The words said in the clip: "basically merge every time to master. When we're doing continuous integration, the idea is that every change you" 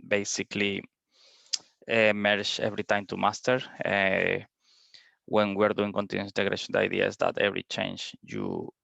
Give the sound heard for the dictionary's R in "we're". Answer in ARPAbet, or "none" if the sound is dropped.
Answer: R